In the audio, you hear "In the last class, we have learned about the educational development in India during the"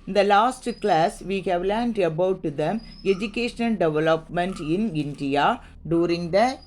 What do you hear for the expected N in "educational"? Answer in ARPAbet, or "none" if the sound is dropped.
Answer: N